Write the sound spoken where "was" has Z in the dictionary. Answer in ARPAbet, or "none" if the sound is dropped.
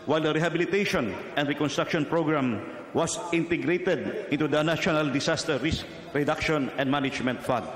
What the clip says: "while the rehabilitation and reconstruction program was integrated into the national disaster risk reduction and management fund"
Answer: S